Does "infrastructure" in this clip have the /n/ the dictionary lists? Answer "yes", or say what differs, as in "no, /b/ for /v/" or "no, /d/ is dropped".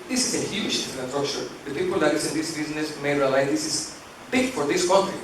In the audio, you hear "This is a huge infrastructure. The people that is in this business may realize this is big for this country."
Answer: no, /n/ is dropped